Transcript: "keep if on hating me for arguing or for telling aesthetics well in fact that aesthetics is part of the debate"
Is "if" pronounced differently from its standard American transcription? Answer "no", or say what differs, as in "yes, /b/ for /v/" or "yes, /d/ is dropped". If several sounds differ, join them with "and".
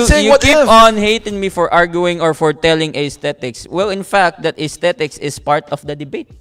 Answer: yes, /p/ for /f/